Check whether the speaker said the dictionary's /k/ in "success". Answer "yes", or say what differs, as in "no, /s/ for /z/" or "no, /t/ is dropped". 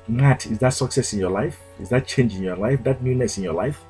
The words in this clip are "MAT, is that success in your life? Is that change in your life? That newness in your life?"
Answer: yes